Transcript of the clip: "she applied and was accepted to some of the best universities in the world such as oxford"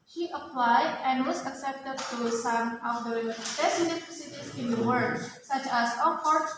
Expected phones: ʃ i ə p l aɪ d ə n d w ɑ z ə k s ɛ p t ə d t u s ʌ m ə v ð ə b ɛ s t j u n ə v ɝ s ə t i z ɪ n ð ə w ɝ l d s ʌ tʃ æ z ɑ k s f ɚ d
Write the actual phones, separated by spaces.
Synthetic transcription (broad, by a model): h i ə p l aɪ d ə n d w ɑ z ə k s ɛ p t ə d t u s ʌ m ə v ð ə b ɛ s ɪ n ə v s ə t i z ɪ n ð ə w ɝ d s ʌ tʃ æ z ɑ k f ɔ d